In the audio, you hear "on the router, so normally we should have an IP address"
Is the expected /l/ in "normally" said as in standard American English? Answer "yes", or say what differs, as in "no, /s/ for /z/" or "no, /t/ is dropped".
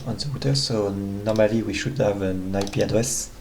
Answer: yes